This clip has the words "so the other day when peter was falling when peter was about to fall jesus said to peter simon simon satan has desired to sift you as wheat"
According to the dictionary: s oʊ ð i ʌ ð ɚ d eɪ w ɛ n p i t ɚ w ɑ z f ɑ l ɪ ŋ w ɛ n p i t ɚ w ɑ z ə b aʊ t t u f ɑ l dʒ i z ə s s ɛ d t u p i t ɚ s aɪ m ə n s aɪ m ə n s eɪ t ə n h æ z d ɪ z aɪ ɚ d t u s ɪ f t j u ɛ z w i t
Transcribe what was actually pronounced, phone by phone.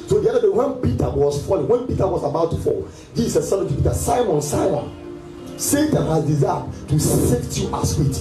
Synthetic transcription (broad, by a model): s oʊ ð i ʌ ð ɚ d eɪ w ɛ n p i t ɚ w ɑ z f ɑ l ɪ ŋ w ɛ n p i t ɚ w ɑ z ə b aʊ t t u f ɑ l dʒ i s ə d s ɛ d t u p i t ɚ s aɪ m ə n s aɪ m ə n s eɪ t ə n h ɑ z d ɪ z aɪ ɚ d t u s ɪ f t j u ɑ s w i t